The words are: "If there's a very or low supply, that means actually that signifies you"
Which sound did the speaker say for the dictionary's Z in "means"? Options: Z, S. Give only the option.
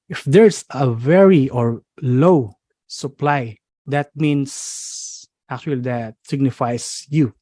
S